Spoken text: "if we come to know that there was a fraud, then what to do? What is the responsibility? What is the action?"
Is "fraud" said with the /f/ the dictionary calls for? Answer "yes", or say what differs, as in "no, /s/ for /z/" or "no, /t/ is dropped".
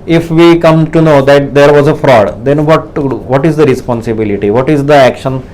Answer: yes